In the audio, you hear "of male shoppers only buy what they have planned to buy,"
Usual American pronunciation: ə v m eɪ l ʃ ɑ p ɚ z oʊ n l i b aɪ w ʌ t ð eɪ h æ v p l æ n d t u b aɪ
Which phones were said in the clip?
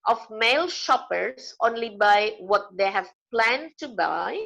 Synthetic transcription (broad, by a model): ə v m eɪ l ʃ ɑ p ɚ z oʊ n l i b aɪ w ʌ t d eɪ h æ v p l æ n d t u b aɪ